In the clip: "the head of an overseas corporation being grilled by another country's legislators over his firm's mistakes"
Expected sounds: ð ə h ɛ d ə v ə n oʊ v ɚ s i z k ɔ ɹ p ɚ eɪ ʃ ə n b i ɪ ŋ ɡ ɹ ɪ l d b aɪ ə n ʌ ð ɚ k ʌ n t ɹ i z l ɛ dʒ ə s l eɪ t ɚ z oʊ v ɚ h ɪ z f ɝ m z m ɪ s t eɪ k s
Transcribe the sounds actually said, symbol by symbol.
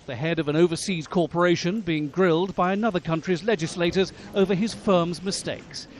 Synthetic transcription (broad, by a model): ð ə h ɛ d ə v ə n oʊ v ɚ s i z k ɔ ɹ p ɚ eɪ ʃ ə n b i ɪ ŋ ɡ ɹ ɪ l d b aɪ ə n ʌ ð ɚ k ʌ n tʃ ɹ i z l ɛ dʒ ə s l eɪ t ɚ z oʊ v ɚ ɪ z f ɝ m z m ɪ s t eɪ k s